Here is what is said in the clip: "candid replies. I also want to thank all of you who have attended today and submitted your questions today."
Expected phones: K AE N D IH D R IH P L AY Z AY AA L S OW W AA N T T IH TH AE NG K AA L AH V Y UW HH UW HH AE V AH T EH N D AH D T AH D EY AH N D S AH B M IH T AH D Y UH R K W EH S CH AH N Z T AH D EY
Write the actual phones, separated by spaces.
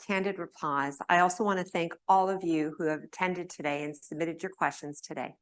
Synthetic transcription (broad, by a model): K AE N D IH D R IH P L AY Z AY AA L S OW W AA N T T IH TH AE NG K AA L AH V Y UW HH UW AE V AH T EH N D AH D T AH D EY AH N S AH B M IH T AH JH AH R K W EH S CH AH N Z T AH D EY